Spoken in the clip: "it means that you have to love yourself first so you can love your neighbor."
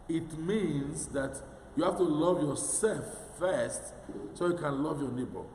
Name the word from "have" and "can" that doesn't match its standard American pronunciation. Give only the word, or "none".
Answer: have